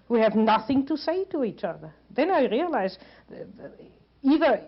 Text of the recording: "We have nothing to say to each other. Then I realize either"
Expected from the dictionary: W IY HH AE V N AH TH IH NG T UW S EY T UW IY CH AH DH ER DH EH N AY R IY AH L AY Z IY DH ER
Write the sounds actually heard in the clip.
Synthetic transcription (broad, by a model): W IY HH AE V N AH TH IH NG T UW S EY T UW IY CH AH DH ER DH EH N AY R IY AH L AY Z IY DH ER